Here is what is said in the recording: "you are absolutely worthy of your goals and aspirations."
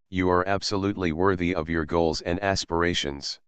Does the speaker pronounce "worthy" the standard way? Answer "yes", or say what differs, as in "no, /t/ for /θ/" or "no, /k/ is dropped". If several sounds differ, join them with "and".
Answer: yes